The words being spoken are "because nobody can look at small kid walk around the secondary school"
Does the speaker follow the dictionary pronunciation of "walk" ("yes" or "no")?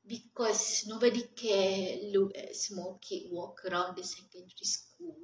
yes